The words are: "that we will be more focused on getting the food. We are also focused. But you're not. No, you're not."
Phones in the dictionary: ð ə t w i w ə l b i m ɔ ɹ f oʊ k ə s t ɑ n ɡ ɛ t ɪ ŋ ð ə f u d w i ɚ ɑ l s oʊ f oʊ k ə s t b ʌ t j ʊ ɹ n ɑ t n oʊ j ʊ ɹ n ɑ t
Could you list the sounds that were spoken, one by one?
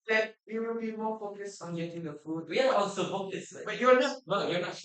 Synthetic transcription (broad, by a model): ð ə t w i w ə l b i m ɔ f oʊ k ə s ɑ n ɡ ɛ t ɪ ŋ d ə f u d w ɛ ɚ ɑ n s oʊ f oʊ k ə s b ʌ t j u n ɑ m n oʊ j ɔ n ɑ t